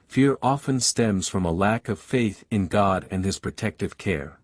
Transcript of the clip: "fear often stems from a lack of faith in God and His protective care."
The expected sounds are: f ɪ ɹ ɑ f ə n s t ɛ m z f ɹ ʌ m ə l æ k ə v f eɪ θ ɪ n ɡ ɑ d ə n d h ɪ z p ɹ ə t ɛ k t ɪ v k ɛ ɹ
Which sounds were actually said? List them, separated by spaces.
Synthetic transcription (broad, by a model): f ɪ ɹ ɑ f ə n s t ɛ m z f ɹ ʌ m ə l æ k ə v f eɪ θ ɪ n ɡ ɑ d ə n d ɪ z p ɹ ə t ɛ k t ɪ v k ɛ ɹ